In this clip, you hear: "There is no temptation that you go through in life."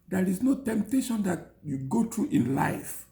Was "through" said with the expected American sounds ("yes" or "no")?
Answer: no